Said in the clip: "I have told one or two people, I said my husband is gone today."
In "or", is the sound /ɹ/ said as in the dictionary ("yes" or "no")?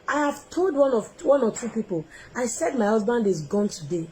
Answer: no